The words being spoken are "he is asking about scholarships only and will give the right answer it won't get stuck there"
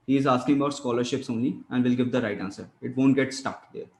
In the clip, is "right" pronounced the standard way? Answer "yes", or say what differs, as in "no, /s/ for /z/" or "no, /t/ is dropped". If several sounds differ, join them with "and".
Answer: yes